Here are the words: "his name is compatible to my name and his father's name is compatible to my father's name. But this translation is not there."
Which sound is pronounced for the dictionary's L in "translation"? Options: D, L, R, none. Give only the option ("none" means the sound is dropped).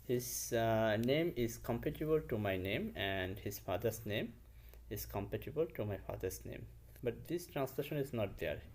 L